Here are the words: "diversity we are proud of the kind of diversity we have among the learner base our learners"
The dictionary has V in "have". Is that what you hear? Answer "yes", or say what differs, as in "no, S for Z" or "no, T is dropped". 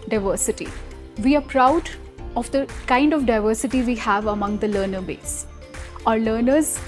yes